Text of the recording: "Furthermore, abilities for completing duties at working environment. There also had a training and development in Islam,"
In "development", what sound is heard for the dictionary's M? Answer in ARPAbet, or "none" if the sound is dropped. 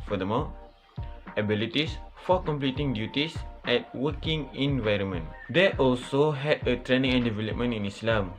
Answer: M